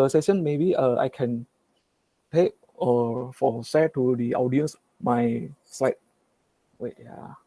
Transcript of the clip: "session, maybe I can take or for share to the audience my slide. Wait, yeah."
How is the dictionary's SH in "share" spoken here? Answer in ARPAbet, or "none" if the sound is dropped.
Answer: S